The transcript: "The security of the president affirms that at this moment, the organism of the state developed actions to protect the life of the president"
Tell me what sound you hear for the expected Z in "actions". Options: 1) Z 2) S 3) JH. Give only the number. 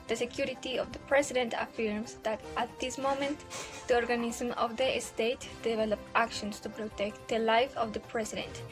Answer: 2